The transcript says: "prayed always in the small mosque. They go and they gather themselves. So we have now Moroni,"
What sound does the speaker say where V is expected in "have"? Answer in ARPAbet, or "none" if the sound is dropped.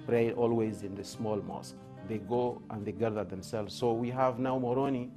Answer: V